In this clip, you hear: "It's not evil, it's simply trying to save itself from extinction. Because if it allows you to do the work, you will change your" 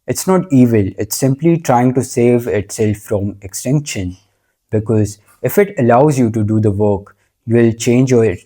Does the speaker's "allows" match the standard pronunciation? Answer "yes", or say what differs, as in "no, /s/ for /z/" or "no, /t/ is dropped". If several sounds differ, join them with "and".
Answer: yes